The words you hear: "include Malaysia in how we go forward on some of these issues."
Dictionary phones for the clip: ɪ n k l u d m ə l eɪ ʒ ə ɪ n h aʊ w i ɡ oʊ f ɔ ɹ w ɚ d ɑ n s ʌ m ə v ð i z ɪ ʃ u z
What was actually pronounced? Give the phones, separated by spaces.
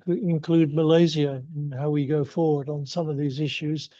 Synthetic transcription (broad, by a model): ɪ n k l u d m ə l eɪ z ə ɪ n h aʊ w i ɡ oʊ f ɔ ɹ w ɚ d n s ʌ m ə v ð i z ɪ ʃ u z